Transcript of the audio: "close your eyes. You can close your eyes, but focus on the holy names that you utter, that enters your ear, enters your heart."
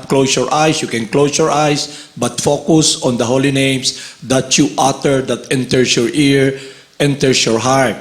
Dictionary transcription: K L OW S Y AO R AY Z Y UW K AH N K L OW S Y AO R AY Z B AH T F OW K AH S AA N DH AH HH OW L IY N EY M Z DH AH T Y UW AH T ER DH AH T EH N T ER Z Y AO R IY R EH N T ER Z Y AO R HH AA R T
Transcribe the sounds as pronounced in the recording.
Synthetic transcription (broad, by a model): K L OW S Y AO R AY S Y UW K AH N K L OW S Y AO R AY S B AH T F OW K AH S AA N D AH HH OW L IY N EY M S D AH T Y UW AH T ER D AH T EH N T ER S Y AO R IY R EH N T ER S Y AO R HH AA R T